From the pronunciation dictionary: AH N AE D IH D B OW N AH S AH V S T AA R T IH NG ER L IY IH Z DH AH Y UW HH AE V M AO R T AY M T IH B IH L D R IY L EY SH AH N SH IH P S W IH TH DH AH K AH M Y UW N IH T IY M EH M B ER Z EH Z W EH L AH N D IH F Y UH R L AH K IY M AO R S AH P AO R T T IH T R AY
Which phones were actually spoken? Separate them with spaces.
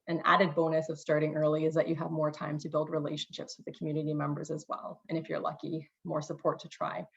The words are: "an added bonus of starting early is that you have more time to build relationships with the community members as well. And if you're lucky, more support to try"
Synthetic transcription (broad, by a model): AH N AE D IH D B OW N AH S AH V S T AA R T IH NG ER L IY IH Z DH AH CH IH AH V M AO R T AY M T IH B IH L D R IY L EY SH N SH IH P S W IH DH AH K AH M Y UW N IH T IY M EH M B ER Z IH Z W EH L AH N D IH F Y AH R L AH K IY M AO R S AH P AO R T T IH T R AY